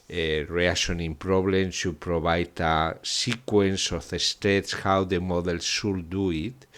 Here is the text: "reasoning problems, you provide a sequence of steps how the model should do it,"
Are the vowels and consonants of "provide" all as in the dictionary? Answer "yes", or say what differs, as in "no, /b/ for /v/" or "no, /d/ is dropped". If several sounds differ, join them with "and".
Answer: no, /b/ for /v/